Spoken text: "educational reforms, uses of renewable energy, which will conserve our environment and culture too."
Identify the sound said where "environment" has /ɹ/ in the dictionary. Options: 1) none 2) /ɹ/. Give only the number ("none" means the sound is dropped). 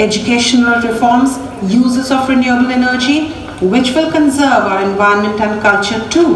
1